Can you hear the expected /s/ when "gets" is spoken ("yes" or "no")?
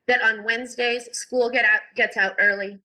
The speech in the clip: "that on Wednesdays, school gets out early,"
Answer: yes